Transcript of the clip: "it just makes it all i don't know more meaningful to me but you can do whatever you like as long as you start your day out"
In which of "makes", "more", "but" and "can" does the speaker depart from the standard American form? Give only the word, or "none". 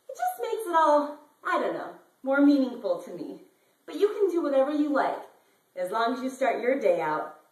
none